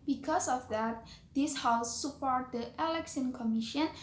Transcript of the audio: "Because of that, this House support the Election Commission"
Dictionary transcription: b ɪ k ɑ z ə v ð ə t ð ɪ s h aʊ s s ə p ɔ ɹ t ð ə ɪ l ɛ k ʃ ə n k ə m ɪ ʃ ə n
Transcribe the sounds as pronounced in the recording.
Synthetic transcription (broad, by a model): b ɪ k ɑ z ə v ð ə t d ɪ s h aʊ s s ə p ɔ ɹ t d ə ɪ l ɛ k s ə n k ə m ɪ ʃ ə n